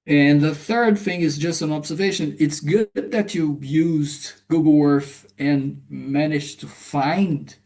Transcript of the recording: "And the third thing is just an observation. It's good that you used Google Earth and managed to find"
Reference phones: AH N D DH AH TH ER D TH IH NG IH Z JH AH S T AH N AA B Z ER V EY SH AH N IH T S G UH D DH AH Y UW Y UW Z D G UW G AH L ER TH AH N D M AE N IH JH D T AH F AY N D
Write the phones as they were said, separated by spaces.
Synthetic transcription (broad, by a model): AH N DH AH TH ER D TH IH NG IH Z JH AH S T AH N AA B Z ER V EY SH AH N IH T S G UH D DH AH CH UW Y UW Z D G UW G L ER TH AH N M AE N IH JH T AH F AY N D